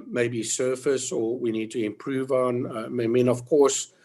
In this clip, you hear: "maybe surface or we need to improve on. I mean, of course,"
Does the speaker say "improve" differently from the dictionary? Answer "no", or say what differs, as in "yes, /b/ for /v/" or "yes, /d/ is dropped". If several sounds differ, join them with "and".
no